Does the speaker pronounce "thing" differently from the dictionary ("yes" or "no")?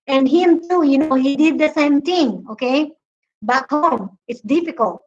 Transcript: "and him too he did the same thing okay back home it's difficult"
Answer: yes